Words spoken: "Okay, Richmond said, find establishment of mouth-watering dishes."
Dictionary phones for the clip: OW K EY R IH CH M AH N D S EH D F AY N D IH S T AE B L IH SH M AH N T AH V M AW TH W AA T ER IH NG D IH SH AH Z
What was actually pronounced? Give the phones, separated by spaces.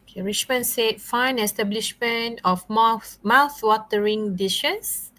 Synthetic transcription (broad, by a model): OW K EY R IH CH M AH N S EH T F AY N IH S T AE B L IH SH M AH N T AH F M AW TH W AA T ER IH NG D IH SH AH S